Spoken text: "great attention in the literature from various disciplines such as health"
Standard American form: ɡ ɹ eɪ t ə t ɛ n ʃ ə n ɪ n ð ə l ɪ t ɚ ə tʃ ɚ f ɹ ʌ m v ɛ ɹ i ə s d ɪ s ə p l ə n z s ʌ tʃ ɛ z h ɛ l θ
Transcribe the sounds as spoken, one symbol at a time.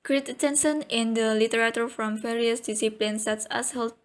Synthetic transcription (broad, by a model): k ɹ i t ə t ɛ n s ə n ɪ n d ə l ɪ t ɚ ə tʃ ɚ f ɹ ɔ m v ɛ ɹ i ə s d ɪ s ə p l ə n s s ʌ s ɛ s h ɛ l